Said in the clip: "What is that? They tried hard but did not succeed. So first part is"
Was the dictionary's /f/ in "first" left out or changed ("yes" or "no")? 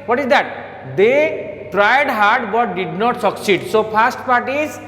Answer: yes